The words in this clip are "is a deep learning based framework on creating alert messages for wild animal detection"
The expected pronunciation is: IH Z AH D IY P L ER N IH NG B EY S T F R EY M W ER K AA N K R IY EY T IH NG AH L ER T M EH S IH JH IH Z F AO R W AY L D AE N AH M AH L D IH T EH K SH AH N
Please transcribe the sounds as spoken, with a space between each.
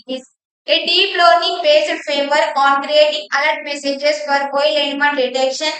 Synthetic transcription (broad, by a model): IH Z AH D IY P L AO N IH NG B EY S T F EY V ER AA N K R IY EY T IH NG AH L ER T M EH S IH JH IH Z F AO R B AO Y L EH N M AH N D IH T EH K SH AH N